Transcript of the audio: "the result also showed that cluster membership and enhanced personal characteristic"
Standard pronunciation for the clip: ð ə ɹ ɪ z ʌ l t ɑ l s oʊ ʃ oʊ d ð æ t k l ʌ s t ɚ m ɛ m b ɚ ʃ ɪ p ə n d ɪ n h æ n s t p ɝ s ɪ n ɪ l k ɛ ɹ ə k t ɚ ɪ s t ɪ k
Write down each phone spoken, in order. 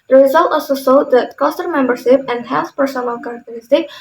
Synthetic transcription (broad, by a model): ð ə ɹ ɪ z ʌ l t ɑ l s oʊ s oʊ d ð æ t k ʌ s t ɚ m ɛ m b ɚ ʃ ɪ p ə n d h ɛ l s p ɝ s ɪ n ɪ l k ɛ ɹ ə k t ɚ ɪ s t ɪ k